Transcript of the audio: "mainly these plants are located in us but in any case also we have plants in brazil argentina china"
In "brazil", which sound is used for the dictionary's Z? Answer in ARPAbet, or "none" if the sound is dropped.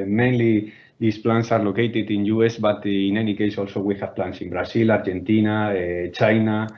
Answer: S